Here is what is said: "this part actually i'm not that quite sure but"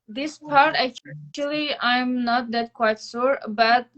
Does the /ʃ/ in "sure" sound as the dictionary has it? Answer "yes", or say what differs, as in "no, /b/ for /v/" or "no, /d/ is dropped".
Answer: no, /s/ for /ʃ/